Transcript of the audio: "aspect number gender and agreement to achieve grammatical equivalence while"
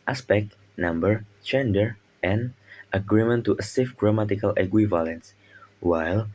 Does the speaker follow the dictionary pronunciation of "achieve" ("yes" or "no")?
no